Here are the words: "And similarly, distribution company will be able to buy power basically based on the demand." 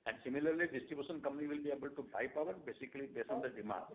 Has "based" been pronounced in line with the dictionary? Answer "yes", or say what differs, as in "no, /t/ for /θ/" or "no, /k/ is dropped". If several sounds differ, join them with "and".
no, /t/ is dropped